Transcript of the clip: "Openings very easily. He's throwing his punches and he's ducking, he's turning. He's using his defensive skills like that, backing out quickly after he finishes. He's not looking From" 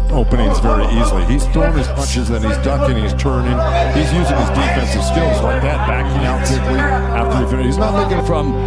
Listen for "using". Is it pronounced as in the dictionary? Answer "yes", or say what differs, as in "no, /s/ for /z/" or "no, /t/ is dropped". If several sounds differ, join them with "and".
yes